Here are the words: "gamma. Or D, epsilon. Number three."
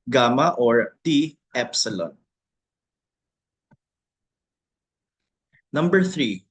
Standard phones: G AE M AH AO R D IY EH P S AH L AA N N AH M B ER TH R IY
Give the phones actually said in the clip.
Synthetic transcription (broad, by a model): G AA M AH AO R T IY EH P S AH L AA N N AH M B ER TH R IY